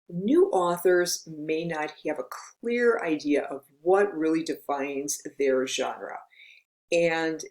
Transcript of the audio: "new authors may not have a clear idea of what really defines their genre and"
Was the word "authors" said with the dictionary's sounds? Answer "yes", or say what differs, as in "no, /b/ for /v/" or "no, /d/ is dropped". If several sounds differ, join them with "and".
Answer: yes